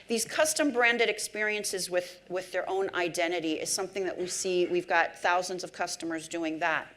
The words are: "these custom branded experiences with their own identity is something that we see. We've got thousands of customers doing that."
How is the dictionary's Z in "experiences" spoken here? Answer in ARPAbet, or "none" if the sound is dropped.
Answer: Z